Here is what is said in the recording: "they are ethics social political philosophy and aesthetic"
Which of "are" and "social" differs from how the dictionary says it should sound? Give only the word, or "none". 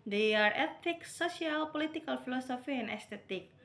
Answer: social